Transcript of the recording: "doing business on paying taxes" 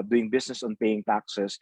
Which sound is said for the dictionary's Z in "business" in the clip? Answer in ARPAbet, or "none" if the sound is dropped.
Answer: S